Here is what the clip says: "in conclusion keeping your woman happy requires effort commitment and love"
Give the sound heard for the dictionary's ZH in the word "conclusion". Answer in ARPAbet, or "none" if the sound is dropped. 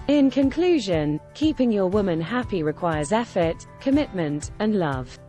ZH